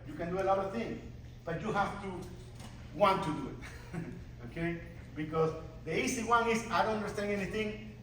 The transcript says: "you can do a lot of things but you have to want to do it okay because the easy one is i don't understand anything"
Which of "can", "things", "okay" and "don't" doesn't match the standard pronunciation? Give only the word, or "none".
things